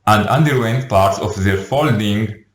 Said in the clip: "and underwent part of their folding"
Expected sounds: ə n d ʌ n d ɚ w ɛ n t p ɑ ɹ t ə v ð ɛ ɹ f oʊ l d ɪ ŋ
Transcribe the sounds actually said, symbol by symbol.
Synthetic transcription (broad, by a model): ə n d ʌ n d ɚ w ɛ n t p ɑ ɹ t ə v ð ɛ ɹ f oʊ l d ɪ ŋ